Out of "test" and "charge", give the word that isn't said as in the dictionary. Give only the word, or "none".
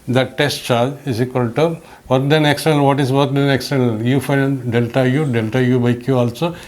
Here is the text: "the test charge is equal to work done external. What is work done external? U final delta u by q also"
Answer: charge